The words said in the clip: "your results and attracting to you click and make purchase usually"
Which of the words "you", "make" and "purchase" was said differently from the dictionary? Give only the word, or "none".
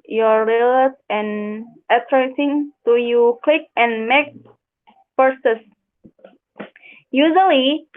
purchase